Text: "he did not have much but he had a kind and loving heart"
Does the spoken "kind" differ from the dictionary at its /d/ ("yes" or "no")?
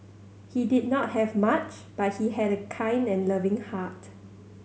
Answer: no